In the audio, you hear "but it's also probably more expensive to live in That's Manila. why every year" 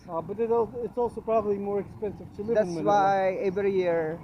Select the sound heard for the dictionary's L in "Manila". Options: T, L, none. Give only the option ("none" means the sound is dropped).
none